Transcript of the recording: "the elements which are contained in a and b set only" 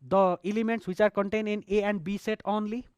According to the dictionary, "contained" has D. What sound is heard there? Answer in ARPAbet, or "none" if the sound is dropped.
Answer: none